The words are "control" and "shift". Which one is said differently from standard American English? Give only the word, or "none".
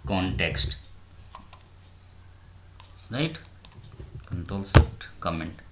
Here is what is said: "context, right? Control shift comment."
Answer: shift